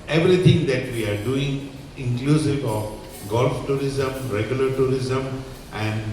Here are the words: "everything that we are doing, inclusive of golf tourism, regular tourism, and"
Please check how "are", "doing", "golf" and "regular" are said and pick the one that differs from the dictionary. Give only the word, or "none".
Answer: none